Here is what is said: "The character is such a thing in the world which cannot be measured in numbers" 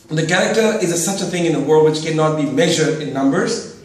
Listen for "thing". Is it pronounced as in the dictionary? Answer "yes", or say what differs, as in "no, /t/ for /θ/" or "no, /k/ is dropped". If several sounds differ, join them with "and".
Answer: yes